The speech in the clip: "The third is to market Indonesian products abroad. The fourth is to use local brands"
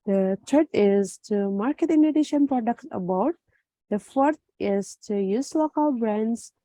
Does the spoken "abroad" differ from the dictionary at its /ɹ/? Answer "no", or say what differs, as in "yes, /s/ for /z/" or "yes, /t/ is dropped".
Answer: yes, /ɹ/ is dropped